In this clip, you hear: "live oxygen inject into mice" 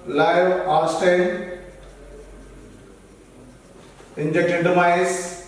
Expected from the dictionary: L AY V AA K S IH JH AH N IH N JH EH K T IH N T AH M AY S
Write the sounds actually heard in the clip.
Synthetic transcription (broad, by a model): L AY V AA S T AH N IH N JH EH K T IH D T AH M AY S